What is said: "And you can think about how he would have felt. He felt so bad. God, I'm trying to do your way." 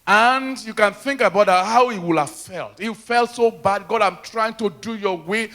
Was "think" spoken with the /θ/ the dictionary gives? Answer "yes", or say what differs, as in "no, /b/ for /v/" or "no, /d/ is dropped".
yes